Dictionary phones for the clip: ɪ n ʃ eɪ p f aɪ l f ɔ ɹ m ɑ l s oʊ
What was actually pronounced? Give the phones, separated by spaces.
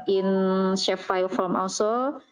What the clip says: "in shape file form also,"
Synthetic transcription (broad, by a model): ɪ n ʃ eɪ f aɪ l f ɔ l m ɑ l s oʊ